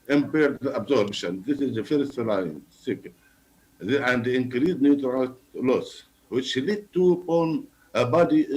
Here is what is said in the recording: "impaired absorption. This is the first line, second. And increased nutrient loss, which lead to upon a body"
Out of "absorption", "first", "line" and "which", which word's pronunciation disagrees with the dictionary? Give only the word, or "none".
absorption